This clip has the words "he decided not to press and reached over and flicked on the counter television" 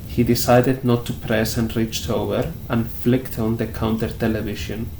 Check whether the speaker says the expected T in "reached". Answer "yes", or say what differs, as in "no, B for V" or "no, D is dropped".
yes